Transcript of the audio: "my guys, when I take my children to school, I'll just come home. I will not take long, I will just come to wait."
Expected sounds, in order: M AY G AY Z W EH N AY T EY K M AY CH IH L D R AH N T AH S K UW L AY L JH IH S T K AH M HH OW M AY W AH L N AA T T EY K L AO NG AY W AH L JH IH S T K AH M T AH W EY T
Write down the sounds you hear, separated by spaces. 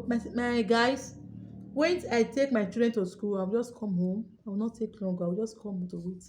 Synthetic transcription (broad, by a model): M AY G AY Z W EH N AY T EY K M AY CH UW D R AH N T AH S K UW L AY W JH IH S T K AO M HH OW M AY W AH L N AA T T EY K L AO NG AY W AH L JH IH S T K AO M T AH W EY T